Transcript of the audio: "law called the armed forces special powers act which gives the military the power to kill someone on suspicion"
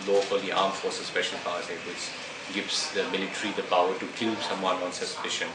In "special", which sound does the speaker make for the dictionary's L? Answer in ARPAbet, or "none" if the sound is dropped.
N